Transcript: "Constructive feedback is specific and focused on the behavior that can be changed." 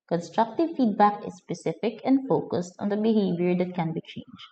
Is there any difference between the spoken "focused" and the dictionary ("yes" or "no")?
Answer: no